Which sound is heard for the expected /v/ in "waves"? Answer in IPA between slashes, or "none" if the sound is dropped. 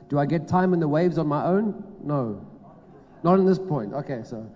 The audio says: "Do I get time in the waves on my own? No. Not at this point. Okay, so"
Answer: /v/